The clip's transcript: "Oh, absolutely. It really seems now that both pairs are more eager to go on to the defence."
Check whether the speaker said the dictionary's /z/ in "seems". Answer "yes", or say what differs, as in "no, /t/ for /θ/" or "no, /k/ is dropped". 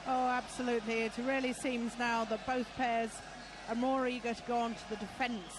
yes